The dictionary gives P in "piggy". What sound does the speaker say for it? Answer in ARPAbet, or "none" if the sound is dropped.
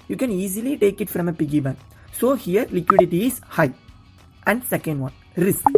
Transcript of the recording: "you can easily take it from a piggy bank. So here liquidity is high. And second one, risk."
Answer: P